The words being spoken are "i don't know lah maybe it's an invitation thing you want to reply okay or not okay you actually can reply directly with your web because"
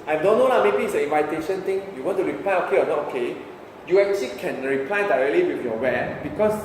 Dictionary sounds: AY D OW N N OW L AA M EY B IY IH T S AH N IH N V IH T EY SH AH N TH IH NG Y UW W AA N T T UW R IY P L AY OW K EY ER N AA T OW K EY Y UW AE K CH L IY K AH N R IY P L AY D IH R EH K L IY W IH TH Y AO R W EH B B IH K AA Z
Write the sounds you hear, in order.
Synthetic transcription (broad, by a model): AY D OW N N OW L AA M EY B IY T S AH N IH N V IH T EY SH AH N T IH NG Y UW W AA N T T UW R IY P L AY OW K EY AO N AA T OW K EY Y UW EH K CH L IY K AH N R IY P L AY D IH R EH K L IY W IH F Y AO W EH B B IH K AA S